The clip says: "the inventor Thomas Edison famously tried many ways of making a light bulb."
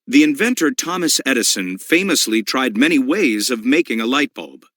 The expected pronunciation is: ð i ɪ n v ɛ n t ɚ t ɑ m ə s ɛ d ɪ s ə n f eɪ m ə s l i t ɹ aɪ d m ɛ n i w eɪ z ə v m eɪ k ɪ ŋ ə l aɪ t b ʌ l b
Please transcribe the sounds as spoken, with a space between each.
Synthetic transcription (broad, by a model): ð i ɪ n v ɛ n t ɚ t ɑ m ə s ɛ d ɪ s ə n f eɪ m ə s l i t ɹ aɪ d m ɛ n i w eɪ z ə v m eɪ k ɪ ŋ ə l aɪ t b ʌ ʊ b